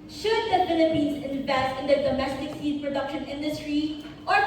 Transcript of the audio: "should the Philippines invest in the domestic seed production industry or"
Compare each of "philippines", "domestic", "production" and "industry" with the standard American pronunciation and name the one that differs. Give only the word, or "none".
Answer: philippines